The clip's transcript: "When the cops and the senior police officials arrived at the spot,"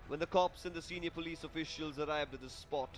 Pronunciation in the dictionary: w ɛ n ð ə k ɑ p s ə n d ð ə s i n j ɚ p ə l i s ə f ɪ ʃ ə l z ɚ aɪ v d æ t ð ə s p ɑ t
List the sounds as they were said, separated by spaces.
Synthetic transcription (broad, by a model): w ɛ n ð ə k ɑ p s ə n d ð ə s i n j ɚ p ə l i s ə f ɪ ʃ ə l z ɚ aɪ v d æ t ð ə s p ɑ t